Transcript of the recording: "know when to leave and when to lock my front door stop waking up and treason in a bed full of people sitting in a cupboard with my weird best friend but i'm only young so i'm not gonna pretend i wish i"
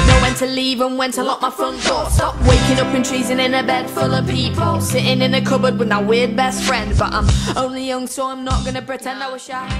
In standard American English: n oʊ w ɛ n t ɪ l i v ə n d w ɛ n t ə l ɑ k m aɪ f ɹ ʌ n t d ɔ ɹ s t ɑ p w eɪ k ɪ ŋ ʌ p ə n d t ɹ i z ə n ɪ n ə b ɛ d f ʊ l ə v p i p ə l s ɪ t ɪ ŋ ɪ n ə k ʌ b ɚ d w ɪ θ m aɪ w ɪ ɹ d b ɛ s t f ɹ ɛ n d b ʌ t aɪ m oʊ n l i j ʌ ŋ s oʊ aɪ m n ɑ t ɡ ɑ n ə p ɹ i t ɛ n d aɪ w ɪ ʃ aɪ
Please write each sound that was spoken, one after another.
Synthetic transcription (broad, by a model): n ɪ w ɛ n t ɪ l i v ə n w ɛ n t ə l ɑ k m aɪ f ʌ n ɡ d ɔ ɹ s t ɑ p w eɪ k ɪ ŋ ʌ p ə n t ɹ i z ə n ɪ n ə b ɛ d f ʊ l ə v p i p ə l s ɪ t ɪ ŋ ɪ n ə k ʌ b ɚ d w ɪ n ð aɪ w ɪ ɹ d b ɛ s t f ɹ ɛ n d b ʌ t aɪ m oʊ n l i j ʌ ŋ s oʊ aɪ m n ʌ t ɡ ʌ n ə p ɹ i t ɛ n d aɪ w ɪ ʃ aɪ